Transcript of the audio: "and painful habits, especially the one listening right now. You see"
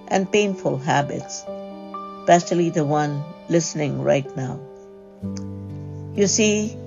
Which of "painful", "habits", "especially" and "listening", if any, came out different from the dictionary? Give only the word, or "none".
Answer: especially